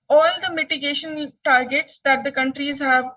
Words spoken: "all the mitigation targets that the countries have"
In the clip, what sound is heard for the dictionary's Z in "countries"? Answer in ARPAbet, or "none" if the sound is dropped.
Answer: Z